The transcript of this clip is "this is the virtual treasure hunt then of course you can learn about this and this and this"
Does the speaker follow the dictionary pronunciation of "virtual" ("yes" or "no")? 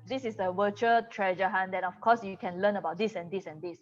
no